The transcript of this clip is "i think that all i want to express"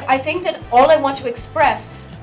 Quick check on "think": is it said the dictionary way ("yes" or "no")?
yes